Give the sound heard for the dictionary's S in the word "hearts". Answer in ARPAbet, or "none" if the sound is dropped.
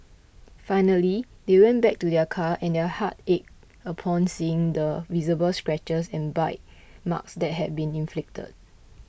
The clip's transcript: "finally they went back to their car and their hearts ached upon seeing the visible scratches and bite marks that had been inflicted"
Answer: none